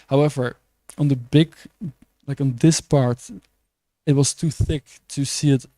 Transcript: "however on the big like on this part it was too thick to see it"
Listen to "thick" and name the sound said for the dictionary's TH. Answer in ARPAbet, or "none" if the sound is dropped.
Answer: TH